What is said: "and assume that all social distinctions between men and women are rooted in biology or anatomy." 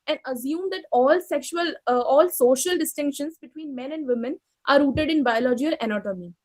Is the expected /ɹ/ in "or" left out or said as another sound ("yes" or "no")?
yes